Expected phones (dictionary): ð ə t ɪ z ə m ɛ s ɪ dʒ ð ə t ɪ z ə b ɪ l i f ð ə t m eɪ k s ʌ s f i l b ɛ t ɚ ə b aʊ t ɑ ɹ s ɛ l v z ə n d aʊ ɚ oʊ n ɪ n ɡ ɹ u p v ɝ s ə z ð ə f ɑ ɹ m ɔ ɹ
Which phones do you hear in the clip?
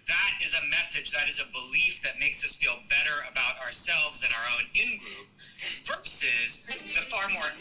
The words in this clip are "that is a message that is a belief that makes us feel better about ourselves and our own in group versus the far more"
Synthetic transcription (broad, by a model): ð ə t ɪ z ə m ɛ s ɪ dʒ ð ə t ɪ z ə b ɪ l i f ð ə t m eɪ k s ʌ s f i l b ɛ t ɚ ə b aʊ t ɑ ɹ s ɛ l v z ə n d aʊ ɚ oʊ n ɪ n ɡ ɹ u p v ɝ s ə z ð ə f ɑ ɹ m ɔ ɹ